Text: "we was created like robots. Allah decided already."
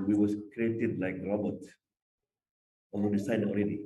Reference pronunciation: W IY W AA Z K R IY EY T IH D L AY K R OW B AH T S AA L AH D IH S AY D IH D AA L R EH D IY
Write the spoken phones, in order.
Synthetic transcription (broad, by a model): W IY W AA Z K R IY EY T IH D L AY K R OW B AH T AA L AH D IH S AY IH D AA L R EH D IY